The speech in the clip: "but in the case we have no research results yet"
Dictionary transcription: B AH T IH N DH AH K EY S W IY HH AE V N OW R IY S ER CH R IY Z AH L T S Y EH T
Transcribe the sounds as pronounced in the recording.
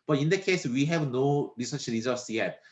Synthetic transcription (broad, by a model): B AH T IH N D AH K EY S W IY HH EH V N OW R IY S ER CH L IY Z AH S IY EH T